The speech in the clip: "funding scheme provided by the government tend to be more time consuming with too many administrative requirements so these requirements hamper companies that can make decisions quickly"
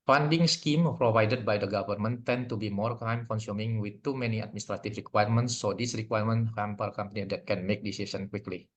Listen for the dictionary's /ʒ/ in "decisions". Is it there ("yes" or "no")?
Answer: no